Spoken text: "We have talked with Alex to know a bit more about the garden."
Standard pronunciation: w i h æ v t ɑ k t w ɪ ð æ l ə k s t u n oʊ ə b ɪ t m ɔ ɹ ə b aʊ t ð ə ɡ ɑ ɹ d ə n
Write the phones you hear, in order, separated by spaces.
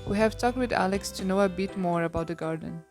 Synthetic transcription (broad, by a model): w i h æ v t ɑ k t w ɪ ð æ l ə k s t u n oʊ ə b ɪ t m ɔ ɹ ə b aʊ t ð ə ɡ ɑ ɹ d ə n